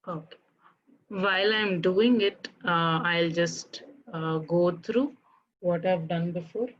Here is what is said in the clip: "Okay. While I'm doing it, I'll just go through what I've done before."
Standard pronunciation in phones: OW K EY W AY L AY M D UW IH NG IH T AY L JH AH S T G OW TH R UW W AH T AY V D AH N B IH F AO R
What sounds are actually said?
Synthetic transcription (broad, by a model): OW K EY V AY L AY M D UW IH NG IH T AY L JH AH S T G OW T R UW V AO T AY V D AH N B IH F AO R